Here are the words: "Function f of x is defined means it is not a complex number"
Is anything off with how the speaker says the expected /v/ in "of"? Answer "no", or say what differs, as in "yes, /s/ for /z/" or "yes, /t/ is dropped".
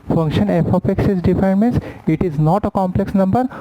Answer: yes, /p/ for /v/